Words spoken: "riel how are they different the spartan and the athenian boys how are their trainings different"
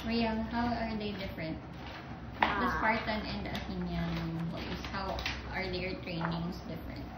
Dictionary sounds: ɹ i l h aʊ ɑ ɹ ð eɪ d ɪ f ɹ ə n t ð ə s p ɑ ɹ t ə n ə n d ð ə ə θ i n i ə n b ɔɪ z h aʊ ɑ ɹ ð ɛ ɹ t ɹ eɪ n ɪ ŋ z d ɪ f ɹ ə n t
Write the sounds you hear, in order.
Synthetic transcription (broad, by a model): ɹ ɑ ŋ h aʊ ɑ ɹ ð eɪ d ɪ f ɹ ə n t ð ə s p ɑ ɹ t ə n ə n d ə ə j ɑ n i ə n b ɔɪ s h aʊ ɑ ɹ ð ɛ ɹ t ɹ eɪ n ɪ ŋ s d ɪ f ɹ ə n t